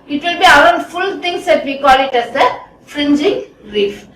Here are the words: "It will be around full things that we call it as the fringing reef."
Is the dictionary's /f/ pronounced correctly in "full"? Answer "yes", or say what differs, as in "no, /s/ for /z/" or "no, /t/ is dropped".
yes